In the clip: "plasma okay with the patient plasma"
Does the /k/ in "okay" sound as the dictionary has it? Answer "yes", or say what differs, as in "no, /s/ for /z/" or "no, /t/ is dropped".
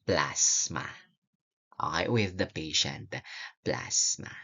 no, /k/ is dropped